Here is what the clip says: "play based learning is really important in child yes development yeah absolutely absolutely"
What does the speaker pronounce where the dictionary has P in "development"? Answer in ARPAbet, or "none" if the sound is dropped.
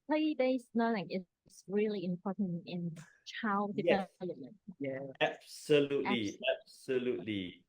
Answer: none